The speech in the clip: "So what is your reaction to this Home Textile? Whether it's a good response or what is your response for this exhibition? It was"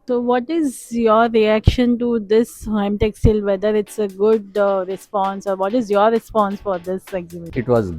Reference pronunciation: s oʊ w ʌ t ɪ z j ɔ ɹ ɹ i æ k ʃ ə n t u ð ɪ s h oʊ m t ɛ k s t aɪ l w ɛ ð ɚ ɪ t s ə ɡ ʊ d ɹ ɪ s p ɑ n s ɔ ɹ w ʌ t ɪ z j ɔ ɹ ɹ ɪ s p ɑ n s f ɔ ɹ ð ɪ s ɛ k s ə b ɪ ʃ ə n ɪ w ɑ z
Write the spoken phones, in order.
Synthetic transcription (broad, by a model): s oʊ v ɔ t ɪ z j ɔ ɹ ɹ i æ k ʃ ə n t u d ɪ s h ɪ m t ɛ k s t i l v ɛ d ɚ ɪ t s ə ɡ ʊ d ɹ ɪ s p ɑ n s ɔ ɹ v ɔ t ɪ z j ɔ ɹ ɹ ɪ s p ɑ n s f ɔ ɹ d ɪ s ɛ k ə ɪ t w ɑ z